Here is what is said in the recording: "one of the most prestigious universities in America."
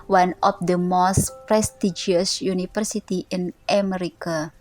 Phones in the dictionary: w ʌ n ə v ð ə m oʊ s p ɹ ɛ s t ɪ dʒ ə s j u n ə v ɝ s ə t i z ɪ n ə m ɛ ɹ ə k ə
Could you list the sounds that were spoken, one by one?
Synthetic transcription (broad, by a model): w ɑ n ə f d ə m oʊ s p ɹ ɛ s t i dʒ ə s j u n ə f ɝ s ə t i ɪ n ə m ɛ ɹ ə k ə